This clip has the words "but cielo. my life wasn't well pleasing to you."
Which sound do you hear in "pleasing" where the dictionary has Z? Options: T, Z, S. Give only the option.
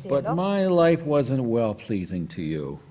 Z